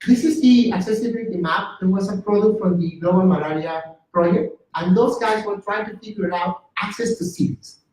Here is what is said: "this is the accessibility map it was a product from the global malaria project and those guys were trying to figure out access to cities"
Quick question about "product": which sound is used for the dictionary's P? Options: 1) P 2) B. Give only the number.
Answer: 1